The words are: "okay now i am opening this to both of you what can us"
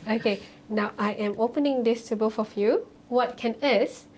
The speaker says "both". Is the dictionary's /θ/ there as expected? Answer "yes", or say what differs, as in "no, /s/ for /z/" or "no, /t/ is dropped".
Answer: no, /f/ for /θ/